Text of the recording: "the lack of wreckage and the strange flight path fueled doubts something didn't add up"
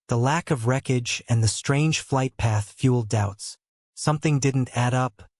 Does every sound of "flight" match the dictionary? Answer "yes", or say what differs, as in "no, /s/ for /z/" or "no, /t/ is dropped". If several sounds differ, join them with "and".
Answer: yes